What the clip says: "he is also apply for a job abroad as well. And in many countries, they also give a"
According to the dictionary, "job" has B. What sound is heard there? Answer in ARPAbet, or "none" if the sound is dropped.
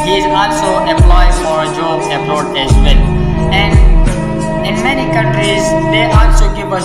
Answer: none